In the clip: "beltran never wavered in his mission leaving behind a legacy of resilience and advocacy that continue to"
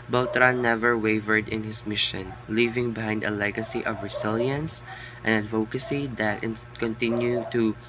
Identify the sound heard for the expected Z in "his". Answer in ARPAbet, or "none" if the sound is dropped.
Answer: S